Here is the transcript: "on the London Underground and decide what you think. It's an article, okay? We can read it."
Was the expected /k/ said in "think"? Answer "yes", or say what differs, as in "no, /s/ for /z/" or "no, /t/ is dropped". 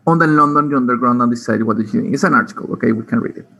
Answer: no, /k/ is dropped